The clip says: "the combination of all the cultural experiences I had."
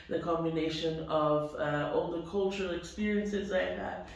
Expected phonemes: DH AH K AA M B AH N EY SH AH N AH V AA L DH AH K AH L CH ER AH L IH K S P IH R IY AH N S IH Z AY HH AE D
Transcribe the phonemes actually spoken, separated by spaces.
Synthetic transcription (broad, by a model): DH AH K AA M B AH N EY SH AH N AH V AA L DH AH K AH L CH ER AH L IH K S P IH R IY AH N S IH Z AY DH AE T